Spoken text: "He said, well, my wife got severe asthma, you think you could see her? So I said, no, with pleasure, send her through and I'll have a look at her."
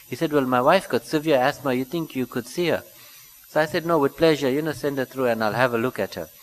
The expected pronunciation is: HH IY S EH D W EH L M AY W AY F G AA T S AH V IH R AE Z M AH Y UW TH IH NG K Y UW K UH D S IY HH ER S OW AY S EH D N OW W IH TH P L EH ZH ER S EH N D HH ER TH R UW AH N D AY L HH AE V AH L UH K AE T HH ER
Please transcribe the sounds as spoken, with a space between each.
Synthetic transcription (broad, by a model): HH IY S EH D W EH L M AY W AY F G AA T S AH V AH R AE S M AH Y UW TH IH NG K Y UW K UH D S IY HH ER S OW AY S EH D N OW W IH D P L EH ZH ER S EH N D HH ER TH R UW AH N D AY L HH AE V AH L UH K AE T HH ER